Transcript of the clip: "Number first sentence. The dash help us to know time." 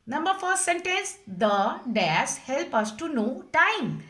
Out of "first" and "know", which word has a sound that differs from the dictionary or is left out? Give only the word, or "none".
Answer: first